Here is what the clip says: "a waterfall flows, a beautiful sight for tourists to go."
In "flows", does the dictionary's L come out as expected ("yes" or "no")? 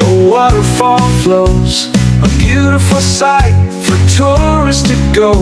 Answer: yes